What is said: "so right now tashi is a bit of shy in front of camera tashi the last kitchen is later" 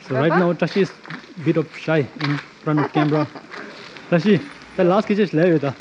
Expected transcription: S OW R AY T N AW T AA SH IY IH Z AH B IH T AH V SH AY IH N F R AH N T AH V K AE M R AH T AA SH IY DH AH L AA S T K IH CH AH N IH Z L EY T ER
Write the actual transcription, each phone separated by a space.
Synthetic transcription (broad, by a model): S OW R AY T N AW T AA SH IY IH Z B IH T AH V SH AY IH N F R AH N T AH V K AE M R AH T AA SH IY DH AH L AA S T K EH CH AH L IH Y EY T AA